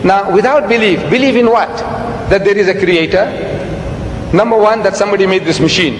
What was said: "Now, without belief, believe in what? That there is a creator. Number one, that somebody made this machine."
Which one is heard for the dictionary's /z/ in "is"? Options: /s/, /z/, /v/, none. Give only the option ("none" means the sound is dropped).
/z/